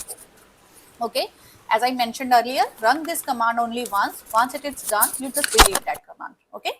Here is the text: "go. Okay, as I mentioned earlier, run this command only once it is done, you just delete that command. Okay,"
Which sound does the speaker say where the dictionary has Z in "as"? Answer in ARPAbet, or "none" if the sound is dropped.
Z